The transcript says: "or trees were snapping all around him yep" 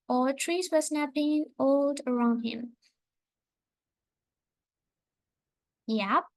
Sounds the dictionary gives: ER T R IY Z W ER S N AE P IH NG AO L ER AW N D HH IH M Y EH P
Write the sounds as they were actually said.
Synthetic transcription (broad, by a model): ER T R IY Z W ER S N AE B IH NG AO L ER AW N D HH IH M Y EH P